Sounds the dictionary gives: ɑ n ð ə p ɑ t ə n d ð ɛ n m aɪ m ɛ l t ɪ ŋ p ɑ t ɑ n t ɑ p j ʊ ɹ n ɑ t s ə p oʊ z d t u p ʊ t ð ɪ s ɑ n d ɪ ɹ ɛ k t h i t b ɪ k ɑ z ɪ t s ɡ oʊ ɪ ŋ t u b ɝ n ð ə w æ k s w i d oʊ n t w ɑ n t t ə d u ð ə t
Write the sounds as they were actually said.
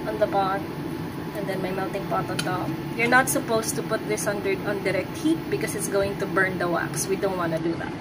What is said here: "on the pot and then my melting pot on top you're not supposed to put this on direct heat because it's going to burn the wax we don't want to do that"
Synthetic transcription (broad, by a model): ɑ n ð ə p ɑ t ə n d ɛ n m aɪ m ɛ l t ɪ ŋ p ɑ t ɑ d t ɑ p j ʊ ɹ n ɑ t s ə p oʊ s t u p ʊ t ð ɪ s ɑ n d ɪ ɹ ɛ k t h i t b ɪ k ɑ s ɪ t s ɡ oʊ ɪ ŋ t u b ɝ n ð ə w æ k s w i d oʊ n t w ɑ n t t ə d u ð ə t